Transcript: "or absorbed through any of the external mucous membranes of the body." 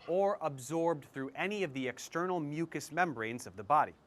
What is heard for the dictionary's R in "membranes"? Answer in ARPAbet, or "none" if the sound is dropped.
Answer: R